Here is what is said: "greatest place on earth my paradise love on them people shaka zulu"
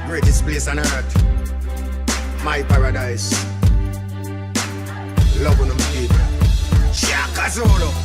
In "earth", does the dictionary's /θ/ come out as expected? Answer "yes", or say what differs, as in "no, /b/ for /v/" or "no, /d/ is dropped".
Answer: no, /t/ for /θ/